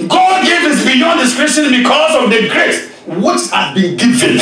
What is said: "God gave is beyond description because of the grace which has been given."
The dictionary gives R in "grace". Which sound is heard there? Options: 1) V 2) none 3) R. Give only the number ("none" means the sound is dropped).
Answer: 3